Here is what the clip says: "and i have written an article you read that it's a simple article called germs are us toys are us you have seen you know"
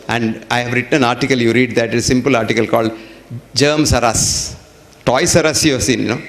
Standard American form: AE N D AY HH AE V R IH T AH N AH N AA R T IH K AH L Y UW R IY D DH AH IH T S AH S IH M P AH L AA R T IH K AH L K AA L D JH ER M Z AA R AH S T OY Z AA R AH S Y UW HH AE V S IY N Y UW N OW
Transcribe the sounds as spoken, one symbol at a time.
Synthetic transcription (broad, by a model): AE N D AY HH AE V R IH T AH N AH N AA R T IH K AH L Y UW R IY D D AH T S S IH M P AH L AA R T IH K AH L K AA L D JH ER M S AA R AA S T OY S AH R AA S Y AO S IY N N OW